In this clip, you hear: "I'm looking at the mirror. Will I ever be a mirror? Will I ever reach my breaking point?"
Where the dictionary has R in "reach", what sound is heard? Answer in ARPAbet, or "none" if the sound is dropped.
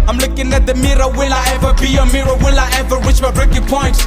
W